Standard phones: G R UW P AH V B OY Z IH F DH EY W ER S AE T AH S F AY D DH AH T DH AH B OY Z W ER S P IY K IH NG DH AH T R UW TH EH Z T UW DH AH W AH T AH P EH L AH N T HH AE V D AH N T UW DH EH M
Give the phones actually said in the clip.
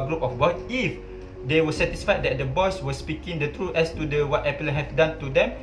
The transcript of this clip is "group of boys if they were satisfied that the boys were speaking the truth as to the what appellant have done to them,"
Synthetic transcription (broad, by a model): G R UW P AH F B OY S IH F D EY W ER S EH T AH S F AY D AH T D AH B OY S W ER S P IY K IH NG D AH T R UW EH S T UW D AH W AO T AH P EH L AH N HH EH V D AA N T UW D EH M